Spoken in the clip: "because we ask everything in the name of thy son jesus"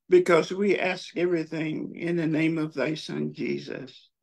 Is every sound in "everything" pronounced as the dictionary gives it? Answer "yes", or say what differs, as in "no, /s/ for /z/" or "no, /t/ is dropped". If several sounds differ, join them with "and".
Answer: yes